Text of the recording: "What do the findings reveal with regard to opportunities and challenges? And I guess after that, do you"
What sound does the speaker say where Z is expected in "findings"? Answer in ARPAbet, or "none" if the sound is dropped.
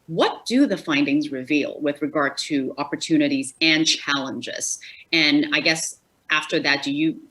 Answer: Z